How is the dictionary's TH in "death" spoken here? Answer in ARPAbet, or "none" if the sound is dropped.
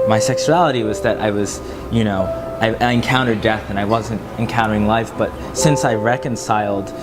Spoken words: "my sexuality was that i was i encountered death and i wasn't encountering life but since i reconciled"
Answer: TH